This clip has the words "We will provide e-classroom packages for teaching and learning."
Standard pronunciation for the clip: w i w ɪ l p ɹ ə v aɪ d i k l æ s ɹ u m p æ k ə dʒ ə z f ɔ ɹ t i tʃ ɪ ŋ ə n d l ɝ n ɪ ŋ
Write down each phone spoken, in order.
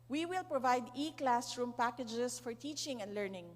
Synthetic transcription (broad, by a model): w i w ɪ l p ɹ ə v aɪ d i k l æ s ɹ u m p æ k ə dʒ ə s f ɔ ɹ t i tʃ ɪ ŋ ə n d l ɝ n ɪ ŋ